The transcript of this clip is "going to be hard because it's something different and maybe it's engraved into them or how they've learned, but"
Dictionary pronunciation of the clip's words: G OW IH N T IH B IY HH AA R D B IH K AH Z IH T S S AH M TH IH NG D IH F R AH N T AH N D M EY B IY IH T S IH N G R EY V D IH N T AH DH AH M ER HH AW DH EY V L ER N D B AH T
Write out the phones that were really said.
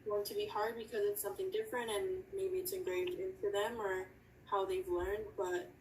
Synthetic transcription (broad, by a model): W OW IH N T IH B IY HH AA R D B IH K AH Z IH T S S AH M TH IH NG D IH F R AH N T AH N M EY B IY IH T S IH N G R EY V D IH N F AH DH AH M ER HH AW DH EY V L ER N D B AH T